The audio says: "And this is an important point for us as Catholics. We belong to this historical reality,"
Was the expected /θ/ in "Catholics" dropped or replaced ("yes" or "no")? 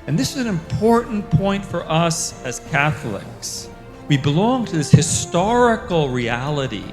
no